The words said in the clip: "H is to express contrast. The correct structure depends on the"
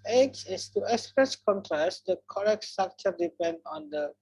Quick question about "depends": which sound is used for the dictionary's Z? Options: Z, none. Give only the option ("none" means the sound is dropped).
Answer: none